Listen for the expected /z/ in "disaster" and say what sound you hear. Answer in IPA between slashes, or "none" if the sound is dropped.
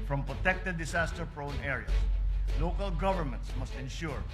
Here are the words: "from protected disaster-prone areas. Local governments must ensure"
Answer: /s/